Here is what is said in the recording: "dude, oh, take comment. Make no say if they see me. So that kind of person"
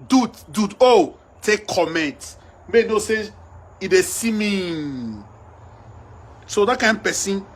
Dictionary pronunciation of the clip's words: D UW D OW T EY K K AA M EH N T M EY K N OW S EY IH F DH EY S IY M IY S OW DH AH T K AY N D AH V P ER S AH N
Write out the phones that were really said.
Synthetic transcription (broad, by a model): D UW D OW T EY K K AA M EH N T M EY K N OW S EY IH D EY S IY M IY S OW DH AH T K AY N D P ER S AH N